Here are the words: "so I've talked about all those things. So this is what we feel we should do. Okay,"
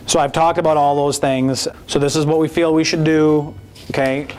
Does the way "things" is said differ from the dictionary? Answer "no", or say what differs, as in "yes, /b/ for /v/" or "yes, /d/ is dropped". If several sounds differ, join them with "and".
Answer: no